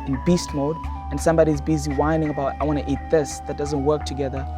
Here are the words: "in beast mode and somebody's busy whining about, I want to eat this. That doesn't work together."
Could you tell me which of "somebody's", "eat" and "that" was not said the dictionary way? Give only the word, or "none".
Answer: none